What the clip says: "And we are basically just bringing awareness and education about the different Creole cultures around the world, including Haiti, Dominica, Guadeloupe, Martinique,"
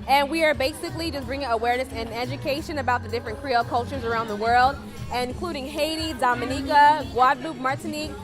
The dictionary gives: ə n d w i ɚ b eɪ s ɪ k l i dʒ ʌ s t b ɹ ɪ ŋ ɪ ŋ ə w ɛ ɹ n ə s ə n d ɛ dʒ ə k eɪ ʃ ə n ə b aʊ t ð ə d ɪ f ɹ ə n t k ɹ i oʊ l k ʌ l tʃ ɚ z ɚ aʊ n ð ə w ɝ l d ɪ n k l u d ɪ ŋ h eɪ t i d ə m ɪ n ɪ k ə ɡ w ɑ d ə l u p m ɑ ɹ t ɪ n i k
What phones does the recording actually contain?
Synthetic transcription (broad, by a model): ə n w i ɚ b eɪ s ɪ k l i dʒ ʌ s b ɹ ɪ ŋ ɪ ŋ ə w ɛ ɹ n ə s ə n ɛ dʒ ə k eɪ ʃ ə n ə b aʊ t ð ə d ɪ f ɹ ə n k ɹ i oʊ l k ʌ l tʃ ɚ z ɚ aʊ n ð ə w ɝ l d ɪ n k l u d ɪ ŋ h eɪ t i d ə m ɪ n ɪ k ə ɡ w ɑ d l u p m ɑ ɹ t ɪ n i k